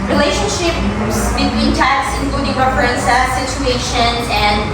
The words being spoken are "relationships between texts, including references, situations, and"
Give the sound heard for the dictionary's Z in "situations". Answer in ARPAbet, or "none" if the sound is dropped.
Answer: none